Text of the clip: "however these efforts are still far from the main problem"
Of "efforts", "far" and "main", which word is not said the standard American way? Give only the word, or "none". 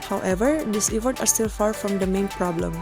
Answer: efforts